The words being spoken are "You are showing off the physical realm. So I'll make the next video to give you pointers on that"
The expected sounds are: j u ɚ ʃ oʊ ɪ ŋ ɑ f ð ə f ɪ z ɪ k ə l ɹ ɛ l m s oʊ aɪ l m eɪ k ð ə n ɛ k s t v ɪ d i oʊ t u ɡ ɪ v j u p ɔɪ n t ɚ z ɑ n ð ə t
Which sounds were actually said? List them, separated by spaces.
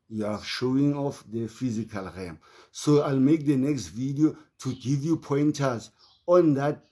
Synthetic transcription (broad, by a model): j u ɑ ʃ oʊ ɪ ŋ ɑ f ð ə f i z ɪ k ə l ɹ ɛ m s oʊ aɪ l m eɪ k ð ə n ɛ k s t v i d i oʊ t u ɡ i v j u p ɔɪ n t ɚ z ɑ n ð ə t